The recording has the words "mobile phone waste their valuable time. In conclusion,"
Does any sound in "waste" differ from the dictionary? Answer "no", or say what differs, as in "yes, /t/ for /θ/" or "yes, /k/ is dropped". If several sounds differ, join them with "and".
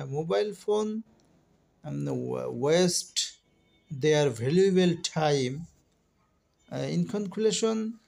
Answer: no